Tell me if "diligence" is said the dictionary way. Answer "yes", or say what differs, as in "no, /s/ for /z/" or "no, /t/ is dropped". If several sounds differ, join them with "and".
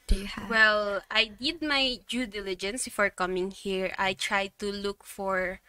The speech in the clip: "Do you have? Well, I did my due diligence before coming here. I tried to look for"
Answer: yes